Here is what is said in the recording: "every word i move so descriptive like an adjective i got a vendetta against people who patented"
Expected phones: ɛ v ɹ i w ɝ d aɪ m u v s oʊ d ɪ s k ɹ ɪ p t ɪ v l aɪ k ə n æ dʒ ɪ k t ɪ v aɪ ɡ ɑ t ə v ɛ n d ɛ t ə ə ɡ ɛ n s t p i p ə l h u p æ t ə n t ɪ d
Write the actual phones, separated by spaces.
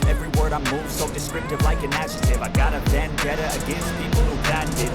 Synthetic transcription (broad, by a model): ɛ v ɹ i w ɝ d aɪ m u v s oʊ d ɪ s k ɹ ɪ p t ɪ v l aɪ k ə n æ ʃ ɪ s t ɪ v aɪ ɡ ɑ t ə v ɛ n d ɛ t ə ə ɡ ɛ n s t p i p l h u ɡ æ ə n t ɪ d